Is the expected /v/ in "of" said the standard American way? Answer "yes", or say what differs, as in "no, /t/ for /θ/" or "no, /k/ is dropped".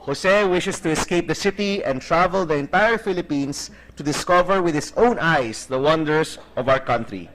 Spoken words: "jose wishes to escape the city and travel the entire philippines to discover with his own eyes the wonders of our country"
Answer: yes